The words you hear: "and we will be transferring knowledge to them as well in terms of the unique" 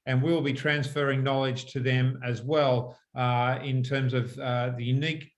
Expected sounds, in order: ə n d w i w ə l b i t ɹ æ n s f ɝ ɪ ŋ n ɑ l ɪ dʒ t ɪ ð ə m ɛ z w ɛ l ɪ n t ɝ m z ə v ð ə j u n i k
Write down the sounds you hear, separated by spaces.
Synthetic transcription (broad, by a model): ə n w i w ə l b i t ɹ æ n s f ɝ ɪ ŋ n ɑ l ɪ dʒ t ɪ ð ə m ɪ z w ɛ l ɪ n t ɝ m z ə v ð ə j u n i k